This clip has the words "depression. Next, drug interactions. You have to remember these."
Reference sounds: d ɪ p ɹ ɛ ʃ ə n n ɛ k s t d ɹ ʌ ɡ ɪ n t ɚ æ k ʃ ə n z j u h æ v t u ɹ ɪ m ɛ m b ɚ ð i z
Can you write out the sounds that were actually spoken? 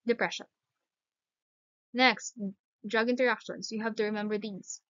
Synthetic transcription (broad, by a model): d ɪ p ɹ ɛ ʃ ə n n ɛ k s t d ɹ ʌ ɡ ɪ n t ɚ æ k ʃ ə n s j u h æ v t u ɹ ɪ m ɛ m b ɚ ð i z